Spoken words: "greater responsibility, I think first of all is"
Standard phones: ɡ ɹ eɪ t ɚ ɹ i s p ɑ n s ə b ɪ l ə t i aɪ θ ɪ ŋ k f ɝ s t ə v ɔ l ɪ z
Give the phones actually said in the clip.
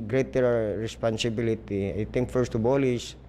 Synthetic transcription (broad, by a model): ɡ ɹ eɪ t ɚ ɹ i s p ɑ n s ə b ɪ l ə t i aɪ t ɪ ŋ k f ɝ s t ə b ɔ l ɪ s